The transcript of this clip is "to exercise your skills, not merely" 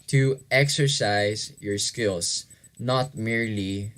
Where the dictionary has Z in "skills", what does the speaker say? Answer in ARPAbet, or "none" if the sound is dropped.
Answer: S